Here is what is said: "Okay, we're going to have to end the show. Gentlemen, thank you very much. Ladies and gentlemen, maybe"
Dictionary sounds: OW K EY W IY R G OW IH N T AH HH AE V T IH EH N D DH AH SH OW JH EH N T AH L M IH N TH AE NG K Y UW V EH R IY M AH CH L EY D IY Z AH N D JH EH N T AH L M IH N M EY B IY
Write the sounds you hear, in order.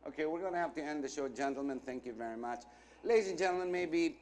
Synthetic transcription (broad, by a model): OW K EY W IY R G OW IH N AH HH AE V T IH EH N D DH AH SH OW JH EH N T L M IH N TH AE NG K Y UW V EH R IY M AH CH L EY D IY Z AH N JH EH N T L M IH N M EY B IY